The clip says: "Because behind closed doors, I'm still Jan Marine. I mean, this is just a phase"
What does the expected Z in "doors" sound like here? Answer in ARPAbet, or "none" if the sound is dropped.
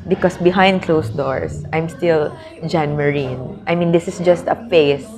S